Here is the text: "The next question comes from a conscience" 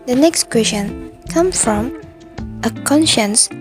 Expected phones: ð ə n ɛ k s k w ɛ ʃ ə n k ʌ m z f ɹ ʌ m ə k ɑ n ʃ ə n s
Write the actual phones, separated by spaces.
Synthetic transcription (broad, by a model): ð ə n ɛ k s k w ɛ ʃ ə n k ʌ m f ɹ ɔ m ə k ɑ n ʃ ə n s